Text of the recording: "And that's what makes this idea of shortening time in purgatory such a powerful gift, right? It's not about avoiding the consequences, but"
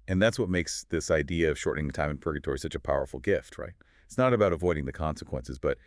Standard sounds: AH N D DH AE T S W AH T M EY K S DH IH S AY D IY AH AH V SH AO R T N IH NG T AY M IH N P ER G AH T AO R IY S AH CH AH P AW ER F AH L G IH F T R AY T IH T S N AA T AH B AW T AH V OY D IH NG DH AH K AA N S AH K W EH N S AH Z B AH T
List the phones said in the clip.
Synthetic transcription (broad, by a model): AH N DH AE T S W AH T M EY K S DH IH S AY D IY AH AH V SH AO R T N IH NG T AY M IH N P ER G AH T AO R IY S AH CH AH P AW ER F L G IH F T R AY T IH T S N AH T AH B AW T AH V OY D IH NG DH AH K AA N S AH K W EH N S AH Z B AH T